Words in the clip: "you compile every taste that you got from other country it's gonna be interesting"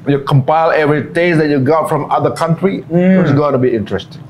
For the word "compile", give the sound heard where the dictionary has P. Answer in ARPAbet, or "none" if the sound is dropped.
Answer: P